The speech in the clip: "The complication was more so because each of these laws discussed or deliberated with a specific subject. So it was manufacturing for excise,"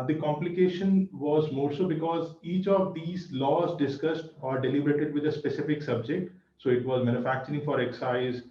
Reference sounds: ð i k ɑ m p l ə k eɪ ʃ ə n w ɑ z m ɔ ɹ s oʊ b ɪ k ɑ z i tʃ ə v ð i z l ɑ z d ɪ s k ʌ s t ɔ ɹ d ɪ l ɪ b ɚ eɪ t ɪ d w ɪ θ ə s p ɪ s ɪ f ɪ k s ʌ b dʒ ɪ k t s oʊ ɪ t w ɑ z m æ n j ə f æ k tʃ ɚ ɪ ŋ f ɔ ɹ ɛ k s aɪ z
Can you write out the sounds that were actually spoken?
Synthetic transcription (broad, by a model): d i k ɑ m p l ə k eɪ ʃ ə n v ɑ z m ɔ ɹ s oʊ b ɪ k ɑ z i tʃ ə v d i z l ɑ z d ɪ s k ʌ s t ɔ ɹ d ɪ l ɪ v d eɪ t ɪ d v ɪ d ə s p ɪ s ɪ f ɪ k s ʌ b dʒ ɪ k t s oʊ ɪ t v ɑ z m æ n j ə f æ k tʃ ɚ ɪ ŋ f ɔ ɹ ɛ k s aɪ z